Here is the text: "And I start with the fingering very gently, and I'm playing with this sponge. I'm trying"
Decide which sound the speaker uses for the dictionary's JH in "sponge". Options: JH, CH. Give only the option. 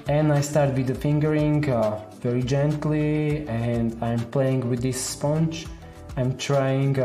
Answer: CH